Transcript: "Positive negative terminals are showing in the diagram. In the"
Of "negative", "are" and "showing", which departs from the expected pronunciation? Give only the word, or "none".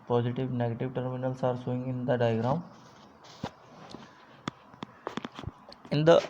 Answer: showing